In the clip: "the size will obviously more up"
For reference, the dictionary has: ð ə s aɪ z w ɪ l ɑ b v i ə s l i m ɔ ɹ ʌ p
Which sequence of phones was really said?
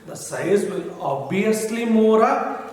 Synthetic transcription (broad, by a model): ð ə s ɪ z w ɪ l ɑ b i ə s l i m ɔ ɹ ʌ